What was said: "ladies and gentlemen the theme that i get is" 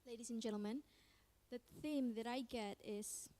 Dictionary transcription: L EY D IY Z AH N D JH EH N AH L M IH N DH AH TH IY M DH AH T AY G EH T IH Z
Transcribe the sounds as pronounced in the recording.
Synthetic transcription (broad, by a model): L EY D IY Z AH N JH EH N L M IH N DH AH TH IY M DH AH T AY G EH T IH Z